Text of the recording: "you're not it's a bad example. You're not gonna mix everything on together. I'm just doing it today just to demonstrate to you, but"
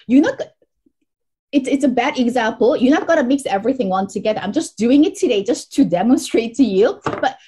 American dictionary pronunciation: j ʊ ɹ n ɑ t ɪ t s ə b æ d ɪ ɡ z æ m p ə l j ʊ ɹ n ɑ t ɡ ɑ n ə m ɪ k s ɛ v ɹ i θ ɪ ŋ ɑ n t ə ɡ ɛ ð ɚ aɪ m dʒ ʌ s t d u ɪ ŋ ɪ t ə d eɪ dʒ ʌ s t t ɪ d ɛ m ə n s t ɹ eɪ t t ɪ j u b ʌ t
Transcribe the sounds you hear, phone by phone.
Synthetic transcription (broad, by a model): j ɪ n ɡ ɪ t ɪ t s ə b æ d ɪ ɡ z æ m p l j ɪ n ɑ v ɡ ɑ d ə m ɪ k s ɛ v ɹ i θ ɪ ŋ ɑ n t ə ɡ ɛ ð ɚ aɪ m dʒ ʌ s d u ɪ ŋ ɪ t ə d eɪ dʒ ʌ s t t ɪ d ɛ m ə n s t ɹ eɪ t t ɪ j u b ʌ t